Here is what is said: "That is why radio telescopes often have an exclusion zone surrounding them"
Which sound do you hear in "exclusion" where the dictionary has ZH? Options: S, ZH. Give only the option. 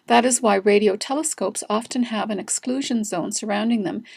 ZH